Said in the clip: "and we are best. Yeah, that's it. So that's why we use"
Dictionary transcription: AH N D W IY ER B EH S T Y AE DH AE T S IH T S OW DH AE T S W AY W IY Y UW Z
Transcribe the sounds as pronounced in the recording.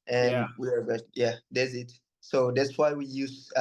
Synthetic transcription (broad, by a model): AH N W IY ER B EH T Y AE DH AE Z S IH T S OW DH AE T S W AY W IY Y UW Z